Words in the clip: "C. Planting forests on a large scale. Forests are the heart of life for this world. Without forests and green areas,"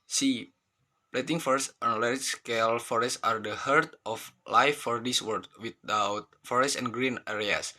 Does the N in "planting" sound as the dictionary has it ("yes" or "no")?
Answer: no